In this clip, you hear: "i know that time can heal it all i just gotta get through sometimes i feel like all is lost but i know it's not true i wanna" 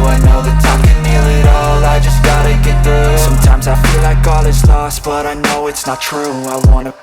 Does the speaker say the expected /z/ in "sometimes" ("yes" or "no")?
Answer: yes